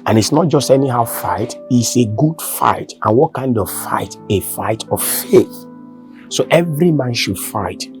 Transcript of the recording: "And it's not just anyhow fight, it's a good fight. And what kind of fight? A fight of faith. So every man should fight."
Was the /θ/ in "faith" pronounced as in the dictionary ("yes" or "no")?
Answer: yes